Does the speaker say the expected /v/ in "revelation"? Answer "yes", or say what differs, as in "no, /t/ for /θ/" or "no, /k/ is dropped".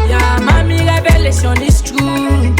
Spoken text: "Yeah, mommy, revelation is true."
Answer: no, /b/ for /v/